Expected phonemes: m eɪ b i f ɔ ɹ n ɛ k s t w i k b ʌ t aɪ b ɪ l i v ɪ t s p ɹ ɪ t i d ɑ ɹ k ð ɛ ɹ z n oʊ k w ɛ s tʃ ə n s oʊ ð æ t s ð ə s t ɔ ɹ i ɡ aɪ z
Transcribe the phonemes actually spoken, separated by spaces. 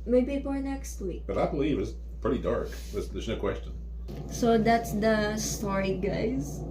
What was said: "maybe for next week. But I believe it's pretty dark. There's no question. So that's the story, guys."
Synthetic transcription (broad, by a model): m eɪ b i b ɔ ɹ n ɛ k s t w i k b ʌ t aɪ b ɪ l i v ɪ t s p ɹ ɪ t i d ɑ ɹ k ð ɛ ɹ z n oʊ k w ɛ s tʃ ə n s oʊ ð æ t s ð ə s t ɔ ɹ i ɡ aɪ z